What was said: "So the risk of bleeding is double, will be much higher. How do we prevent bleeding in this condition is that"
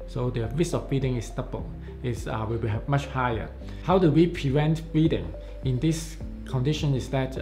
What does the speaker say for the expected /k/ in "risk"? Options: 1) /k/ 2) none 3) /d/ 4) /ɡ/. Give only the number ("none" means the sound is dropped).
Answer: 2